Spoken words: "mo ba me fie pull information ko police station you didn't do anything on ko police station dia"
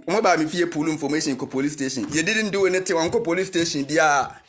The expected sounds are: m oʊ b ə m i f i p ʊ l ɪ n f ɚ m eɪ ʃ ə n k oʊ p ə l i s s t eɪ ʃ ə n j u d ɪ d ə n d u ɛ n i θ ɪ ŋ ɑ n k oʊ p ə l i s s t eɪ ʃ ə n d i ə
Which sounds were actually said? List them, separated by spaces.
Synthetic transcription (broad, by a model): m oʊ b ə m i f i p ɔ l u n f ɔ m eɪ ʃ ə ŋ k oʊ p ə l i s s t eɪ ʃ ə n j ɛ d ɪ d ə n d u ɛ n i t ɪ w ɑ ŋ k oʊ p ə l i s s t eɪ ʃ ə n d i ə